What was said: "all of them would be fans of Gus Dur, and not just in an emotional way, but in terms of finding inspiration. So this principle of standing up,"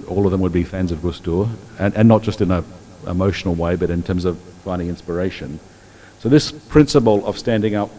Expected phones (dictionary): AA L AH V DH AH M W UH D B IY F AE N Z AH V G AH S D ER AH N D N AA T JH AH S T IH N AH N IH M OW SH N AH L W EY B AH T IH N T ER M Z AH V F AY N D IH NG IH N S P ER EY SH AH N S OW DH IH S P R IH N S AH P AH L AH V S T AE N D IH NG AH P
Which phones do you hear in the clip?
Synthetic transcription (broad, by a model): AA L AH V DH AH M W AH D B IY F AE N Z AH V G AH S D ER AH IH N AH T JH AH S T IH N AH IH M OW SH N L W EY B AH T IH N T ER M Z AH V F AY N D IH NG IH N S P ER EY SH AH N S OW DH IH S P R IH N S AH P L AH V S T AE N D IH NG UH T